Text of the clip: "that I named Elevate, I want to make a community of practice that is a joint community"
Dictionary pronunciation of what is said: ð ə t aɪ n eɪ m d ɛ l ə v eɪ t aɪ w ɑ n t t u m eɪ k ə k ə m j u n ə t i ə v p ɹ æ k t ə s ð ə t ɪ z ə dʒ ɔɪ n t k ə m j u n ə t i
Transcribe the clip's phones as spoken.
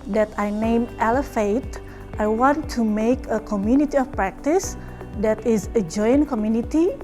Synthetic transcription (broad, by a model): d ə t aɪ n eɪ m ɛ l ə f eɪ t aɪ w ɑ n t t u m eɪ k ə k ə m j u n ə t i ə f p ɹ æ k t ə s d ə t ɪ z ə dʒ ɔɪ n k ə m j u n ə t i